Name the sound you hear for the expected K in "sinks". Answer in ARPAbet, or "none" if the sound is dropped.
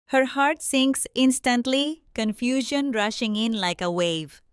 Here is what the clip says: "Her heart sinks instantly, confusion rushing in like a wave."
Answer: K